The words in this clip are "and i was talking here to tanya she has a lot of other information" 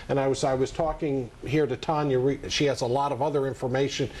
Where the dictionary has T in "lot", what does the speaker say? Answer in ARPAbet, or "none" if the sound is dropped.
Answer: T